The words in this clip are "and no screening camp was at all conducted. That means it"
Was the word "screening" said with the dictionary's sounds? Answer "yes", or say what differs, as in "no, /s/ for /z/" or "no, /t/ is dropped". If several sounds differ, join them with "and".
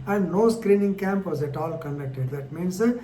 yes